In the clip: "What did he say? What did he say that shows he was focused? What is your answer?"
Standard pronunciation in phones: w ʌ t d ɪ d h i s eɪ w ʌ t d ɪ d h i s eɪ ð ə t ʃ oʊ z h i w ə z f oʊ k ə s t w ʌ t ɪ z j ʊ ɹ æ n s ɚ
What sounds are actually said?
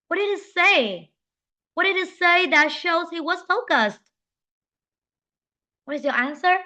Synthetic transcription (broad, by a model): w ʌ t d ɪ d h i s eɪ w ʌ t d ɪ d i s eɪ ð ə t ʃ oʊ z h i w ə z f oʊ k ə s t w ʌ t ɪ z j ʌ ɹ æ n s ɚ